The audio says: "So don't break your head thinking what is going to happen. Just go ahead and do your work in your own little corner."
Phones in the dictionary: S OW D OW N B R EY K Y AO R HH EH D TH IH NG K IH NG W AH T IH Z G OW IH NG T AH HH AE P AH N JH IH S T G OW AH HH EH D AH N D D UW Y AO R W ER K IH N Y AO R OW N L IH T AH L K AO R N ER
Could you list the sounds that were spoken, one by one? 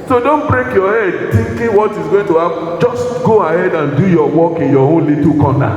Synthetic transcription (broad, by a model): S OW D OW N B R EY K Y AO HH EH D T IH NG K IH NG W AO T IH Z G OW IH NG T AH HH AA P JH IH S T G OW AH HH EH D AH N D D UW Y AO W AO K IH N Y AO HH OW N L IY T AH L K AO N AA